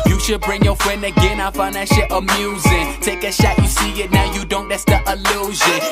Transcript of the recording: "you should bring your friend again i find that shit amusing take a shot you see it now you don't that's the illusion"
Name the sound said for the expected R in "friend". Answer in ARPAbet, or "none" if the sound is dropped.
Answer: R